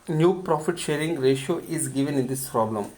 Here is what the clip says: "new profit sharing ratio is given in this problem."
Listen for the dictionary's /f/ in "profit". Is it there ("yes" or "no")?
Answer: yes